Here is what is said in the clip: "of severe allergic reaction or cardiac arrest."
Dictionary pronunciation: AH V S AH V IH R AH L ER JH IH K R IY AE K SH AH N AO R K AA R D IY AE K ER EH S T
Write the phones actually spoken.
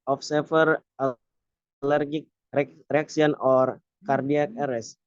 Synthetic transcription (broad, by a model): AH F S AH F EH R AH L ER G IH K R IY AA K S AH N AO R K AA R D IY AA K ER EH S